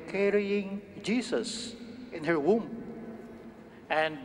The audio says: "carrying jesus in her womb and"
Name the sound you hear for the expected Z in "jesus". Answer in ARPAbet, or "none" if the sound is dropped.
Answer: S